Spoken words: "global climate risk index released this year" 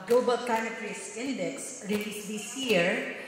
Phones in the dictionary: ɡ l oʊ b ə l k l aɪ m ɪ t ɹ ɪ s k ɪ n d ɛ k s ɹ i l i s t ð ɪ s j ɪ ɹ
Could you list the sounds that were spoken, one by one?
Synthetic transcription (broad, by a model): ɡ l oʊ b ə l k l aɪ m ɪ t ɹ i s ɪ n d ɛ k s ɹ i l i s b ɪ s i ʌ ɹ